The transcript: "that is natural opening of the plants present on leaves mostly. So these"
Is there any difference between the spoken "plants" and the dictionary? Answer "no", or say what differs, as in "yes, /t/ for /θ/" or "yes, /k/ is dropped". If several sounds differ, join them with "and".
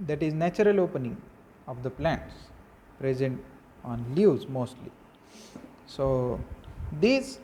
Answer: no